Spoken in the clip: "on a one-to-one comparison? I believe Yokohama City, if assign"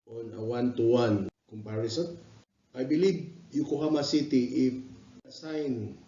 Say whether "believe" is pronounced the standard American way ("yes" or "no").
no